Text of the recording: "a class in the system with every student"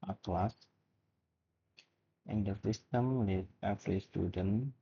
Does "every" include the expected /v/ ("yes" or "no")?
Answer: no